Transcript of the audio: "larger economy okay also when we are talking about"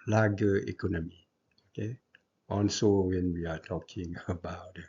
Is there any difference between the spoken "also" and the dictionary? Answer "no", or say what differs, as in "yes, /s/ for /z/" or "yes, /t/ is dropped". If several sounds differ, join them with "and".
yes, /n/ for /l/